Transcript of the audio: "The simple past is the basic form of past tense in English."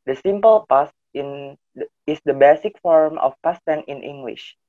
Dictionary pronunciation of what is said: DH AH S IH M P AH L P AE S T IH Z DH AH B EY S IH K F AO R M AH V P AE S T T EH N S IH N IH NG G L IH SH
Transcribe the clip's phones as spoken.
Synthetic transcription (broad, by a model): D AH S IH M P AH L P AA S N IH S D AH B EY S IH K F AO R M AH F P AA S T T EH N IH N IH NG G L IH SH